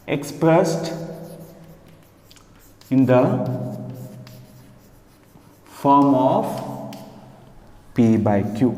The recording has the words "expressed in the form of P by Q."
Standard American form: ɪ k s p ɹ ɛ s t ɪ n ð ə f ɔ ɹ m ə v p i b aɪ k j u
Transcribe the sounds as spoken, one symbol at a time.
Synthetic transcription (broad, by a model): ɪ k s p ɹ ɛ s t ɪ n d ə f ɔ ɹ m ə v p i b aɪ k j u